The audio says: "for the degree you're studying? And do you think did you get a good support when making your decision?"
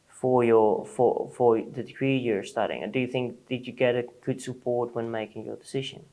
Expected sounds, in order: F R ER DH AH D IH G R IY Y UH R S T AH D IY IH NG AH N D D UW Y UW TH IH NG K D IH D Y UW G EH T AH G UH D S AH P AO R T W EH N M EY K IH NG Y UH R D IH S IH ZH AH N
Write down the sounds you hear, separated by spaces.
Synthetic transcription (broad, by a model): F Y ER DH AH D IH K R IY Y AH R S T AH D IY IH NG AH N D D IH Y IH TH IH NG K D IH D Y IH G EH T AH G UH D S AH P AO R T W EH N M EY K IH NG Y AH R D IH S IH ZH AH N